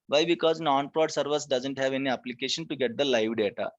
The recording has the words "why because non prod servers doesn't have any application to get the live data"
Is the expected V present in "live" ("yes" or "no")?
yes